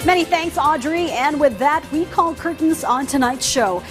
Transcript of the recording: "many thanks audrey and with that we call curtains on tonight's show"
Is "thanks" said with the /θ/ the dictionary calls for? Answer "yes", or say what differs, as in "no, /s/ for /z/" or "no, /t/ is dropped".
yes